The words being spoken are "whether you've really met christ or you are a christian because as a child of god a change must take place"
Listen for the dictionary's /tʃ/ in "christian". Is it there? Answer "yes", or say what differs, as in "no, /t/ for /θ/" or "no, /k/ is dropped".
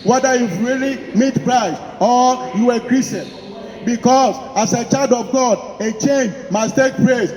no, /tʃ/ is dropped